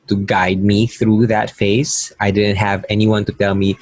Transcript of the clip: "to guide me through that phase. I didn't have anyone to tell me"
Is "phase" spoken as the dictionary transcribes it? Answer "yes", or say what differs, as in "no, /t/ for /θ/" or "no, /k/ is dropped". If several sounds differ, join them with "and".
no, /s/ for /z/